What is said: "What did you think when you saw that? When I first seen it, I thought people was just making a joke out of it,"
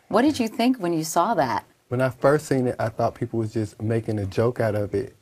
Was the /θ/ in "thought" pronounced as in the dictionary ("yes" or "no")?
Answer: yes